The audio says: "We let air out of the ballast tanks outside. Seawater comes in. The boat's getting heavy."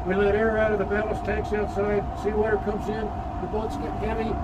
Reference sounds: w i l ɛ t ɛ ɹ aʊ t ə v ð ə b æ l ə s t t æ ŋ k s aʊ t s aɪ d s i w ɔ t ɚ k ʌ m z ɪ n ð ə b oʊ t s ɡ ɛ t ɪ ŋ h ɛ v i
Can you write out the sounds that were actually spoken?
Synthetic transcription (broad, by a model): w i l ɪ t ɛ ɹ aʊ t ə v ð ə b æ l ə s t t æ ŋ k s aʊ t s aɪ d s i w ɔ t ɚ k ʌ m z ɪ n ð ə b oʊ t s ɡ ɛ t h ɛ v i